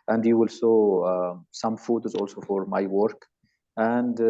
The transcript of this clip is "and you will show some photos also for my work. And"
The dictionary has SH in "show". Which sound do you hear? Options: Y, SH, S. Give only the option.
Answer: S